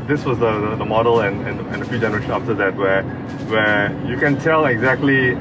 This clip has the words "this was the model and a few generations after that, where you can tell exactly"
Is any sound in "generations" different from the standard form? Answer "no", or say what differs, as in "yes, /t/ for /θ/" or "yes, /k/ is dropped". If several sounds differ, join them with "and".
yes, /z/ is dropped